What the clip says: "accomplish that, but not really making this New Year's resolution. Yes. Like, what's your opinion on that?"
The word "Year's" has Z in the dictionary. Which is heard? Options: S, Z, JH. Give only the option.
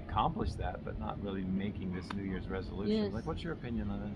Z